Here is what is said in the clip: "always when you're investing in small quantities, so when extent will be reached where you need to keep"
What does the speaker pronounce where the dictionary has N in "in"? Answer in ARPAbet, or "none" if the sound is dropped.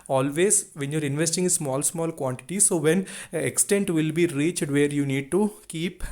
L